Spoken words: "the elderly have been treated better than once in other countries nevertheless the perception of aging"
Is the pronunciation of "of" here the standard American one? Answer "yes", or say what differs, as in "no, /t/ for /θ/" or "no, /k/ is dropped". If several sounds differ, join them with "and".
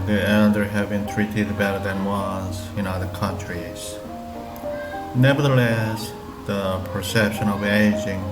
yes